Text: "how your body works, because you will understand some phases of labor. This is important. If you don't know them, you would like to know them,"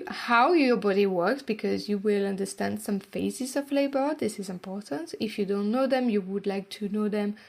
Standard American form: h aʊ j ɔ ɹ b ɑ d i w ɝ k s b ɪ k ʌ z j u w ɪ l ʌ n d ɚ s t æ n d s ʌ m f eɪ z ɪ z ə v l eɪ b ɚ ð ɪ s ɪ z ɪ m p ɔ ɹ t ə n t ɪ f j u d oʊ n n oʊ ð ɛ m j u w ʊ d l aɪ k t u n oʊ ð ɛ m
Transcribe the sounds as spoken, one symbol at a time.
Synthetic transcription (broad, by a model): h aʊ j ɔ ɹ b ɑ d i w ɝ k s b ɪ k ʌ z j u w ɪ l ʌ n d ɚ s t æ n d s ʌ m f eɪ z ɪ z ə v l eɪ b ɚ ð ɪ s ɪ z ɪ m p ɔ ɹ t ə n t ɪ f j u d oʊ n n oʊ ð ɛ m j u w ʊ d l aɪ k t u n oʊ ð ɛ m